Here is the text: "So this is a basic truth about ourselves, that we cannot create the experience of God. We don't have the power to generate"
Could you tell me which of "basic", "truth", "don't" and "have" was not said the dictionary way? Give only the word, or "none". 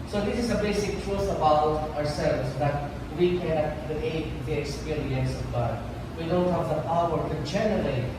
truth